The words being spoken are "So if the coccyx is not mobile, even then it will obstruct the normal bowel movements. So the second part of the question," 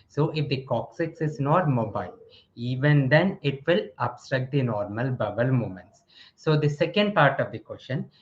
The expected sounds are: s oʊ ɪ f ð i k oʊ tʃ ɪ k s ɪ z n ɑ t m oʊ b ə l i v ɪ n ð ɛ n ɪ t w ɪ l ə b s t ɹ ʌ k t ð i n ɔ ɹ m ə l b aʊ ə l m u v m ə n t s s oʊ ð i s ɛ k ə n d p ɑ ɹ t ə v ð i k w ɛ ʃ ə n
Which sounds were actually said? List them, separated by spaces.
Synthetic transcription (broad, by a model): s oʊ ɪ f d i k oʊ s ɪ k s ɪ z n ɑ t m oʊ b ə l i v ɪ n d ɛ n ɪ t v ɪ l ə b s t ɹ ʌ k t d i n ɔ ɹ m ə l b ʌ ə l m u m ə n t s s oʊ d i s ɛ k ə n d p ɑ ɹ t ə v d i k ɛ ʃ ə n